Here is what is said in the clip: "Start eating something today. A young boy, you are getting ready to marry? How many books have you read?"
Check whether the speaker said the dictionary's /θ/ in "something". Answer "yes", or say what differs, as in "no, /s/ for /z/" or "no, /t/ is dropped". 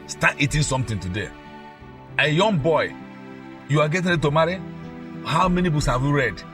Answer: no, /t/ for /θ/